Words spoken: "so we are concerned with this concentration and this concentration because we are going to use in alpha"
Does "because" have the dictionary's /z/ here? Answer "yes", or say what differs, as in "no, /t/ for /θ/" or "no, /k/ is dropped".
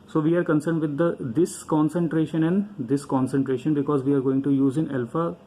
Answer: yes